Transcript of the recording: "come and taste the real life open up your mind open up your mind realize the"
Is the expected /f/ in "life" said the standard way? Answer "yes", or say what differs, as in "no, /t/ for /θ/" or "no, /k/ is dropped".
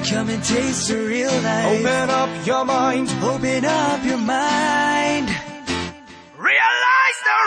no, /f/ is dropped